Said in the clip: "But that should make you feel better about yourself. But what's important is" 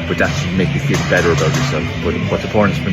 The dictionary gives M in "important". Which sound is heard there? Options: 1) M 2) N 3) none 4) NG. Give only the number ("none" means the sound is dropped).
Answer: 3